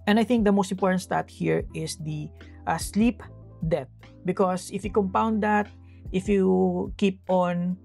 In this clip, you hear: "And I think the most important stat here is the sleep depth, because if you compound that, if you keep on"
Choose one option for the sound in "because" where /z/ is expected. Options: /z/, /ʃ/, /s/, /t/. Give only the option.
/s/